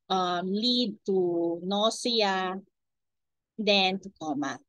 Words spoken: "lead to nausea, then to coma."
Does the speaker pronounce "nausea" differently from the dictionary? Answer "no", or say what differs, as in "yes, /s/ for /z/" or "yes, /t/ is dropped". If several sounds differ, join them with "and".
yes, /s/ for /z/